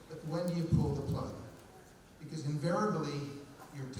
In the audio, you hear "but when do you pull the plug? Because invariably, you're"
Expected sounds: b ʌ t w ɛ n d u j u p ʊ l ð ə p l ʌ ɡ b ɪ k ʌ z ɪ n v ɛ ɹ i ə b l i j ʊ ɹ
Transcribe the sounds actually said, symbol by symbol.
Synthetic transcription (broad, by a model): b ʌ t w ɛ n d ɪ j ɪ p ʊ l ð ə p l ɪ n b ɪ k ʌ z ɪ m v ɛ ɹ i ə b l i j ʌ ɹ